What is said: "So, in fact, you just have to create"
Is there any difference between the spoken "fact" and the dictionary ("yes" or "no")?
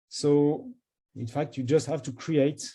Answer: no